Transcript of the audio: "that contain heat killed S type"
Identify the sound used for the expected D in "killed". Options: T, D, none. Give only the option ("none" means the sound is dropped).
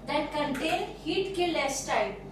none